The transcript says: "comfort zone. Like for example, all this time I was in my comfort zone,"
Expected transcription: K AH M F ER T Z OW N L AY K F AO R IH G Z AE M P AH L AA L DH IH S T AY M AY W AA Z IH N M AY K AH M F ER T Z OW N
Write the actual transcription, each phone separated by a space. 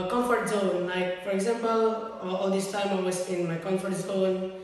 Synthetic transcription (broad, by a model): K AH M F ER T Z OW N L AY K F AO R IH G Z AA M P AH L AA L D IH S T AY M AY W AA S IH N M AY K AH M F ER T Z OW N